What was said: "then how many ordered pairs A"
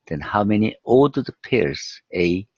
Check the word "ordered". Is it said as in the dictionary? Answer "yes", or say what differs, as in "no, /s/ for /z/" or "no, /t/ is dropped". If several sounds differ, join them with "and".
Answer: no, /l/ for /ɹ/